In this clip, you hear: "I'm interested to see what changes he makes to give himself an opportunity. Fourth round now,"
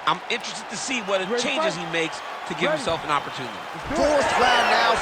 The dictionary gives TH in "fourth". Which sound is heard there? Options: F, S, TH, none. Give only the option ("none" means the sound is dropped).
S